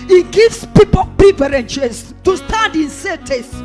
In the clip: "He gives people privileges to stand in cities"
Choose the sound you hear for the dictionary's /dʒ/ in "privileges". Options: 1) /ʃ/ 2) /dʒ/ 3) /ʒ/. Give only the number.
1